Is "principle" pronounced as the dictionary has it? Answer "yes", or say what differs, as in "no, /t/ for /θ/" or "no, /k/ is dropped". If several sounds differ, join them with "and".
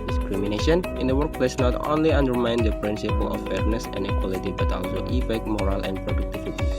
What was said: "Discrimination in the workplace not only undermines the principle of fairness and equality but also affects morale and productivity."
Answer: yes